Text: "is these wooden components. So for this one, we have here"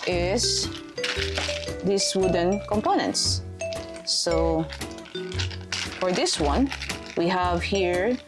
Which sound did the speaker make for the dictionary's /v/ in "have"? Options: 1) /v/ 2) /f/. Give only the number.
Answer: 1